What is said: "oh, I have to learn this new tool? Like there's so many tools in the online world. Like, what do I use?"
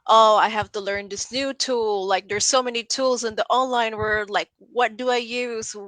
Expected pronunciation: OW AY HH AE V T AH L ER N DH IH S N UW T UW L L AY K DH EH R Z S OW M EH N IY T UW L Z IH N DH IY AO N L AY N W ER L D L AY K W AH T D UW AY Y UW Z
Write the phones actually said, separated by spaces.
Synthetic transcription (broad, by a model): OW AY HH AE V T AH L ER N DH IH S N UW T UW L L AY K DH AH R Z S OW M EH N IY T UW L Z IH N DH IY AO N L AY N W ER L D L AY K W AH T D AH AY Y UW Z